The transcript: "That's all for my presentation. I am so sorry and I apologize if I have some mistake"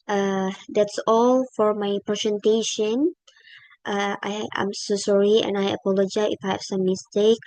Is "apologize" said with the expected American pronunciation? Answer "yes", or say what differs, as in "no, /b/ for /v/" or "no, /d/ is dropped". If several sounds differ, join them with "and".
no, /z/ is dropped